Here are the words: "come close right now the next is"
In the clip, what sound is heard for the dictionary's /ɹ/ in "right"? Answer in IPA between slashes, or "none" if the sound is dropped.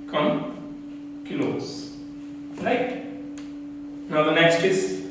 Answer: /l/